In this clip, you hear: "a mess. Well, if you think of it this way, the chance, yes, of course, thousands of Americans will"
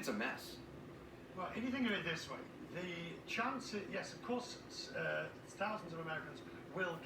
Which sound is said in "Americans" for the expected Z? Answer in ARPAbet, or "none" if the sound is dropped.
Z